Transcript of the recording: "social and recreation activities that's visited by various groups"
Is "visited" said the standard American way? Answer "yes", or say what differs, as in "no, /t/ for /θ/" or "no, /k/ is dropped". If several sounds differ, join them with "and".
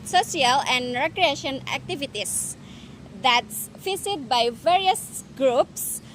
no, /f/ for /v/